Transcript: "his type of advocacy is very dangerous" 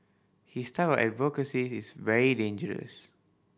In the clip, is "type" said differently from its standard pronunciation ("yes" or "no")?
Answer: yes